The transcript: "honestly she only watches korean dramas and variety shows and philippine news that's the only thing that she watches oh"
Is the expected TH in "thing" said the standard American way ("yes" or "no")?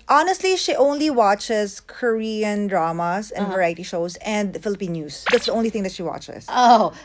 no